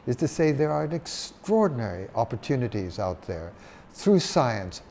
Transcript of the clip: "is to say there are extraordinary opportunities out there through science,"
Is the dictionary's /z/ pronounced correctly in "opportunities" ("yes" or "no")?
yes